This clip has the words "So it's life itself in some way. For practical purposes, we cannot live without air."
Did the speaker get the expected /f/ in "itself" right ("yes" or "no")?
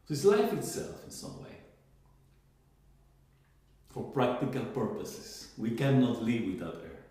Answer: yes